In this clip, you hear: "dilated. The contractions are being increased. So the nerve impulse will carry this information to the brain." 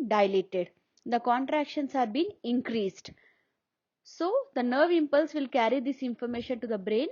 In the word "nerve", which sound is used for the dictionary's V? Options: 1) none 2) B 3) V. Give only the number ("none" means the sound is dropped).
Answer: 3